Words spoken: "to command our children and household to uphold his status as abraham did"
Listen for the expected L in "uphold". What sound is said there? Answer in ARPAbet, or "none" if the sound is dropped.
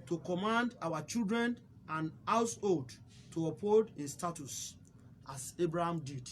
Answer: none